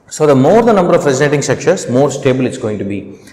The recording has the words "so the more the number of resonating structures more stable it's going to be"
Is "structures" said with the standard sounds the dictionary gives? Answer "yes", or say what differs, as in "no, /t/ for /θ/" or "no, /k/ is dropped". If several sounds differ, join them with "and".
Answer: no, /ʃ/ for /tʃ/